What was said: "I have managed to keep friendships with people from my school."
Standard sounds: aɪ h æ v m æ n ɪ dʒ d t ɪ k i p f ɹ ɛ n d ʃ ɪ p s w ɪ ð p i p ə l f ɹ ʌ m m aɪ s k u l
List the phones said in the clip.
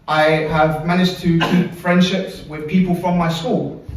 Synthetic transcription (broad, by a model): aɪ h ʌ v m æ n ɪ dʒ t ɪ k i p f ɹ ɛ n d ʃ ɪ p s w ɪ ð p i p ə l f ɹ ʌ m m aɪ s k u l